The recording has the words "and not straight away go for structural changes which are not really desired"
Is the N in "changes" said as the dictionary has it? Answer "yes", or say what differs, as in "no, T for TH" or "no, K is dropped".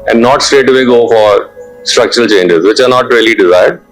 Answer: yes